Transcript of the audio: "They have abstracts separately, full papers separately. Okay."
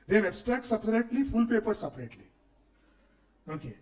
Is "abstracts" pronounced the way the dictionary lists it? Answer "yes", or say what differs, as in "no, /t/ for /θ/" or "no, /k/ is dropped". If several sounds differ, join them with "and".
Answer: no, /ɹ/ is dropped